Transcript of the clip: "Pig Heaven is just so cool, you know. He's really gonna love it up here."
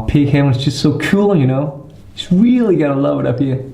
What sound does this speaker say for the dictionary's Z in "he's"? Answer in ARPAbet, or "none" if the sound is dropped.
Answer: S